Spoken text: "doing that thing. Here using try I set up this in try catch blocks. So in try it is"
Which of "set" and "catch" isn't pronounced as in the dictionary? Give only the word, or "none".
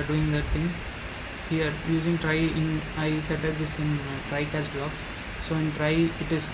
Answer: catch